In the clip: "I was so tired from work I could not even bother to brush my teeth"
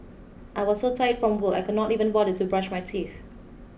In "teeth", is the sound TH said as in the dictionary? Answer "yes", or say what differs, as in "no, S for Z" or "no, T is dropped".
no, F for TH